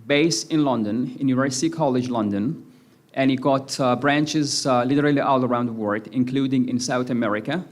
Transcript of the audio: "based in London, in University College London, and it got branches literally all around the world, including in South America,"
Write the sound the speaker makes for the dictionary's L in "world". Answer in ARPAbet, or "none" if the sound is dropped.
none